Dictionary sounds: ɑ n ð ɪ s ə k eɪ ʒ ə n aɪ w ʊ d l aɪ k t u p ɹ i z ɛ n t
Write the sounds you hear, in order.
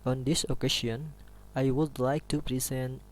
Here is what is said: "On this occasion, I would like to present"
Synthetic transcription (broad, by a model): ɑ n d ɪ s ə k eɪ s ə n aɪ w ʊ d l aɪ k t u p ɹ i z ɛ n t